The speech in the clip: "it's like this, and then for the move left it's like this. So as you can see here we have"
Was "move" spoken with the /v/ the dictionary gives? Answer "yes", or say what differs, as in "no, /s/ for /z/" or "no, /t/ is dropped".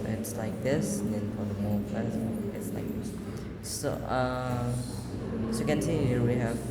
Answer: no, /p/ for /v/